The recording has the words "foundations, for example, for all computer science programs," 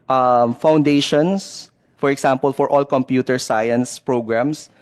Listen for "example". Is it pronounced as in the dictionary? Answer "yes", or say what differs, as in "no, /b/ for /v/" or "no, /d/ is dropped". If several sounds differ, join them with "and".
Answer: no, /s/ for /z/